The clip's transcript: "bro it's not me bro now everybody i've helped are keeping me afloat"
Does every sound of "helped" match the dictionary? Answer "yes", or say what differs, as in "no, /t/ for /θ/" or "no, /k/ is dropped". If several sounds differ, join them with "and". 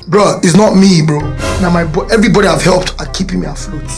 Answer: yes